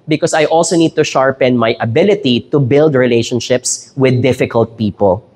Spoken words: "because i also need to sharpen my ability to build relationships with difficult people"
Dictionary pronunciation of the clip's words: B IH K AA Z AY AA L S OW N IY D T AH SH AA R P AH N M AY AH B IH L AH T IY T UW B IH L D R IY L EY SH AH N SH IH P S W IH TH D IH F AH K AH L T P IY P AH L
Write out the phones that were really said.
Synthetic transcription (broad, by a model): B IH K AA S AY AA L S OW N IY D T AH SH AA R P AH N M AY AH B IH L AH T IY T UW B IH L D R IY L EY SH AH N SH IH P S W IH D IH F AH K AH L T P IY P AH L